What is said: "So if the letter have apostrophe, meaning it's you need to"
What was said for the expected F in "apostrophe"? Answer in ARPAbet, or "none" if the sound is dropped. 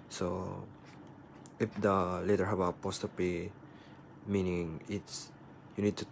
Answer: P